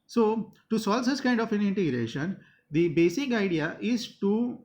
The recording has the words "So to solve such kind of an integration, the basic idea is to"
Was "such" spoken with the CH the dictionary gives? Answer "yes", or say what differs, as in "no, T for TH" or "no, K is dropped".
no, S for CH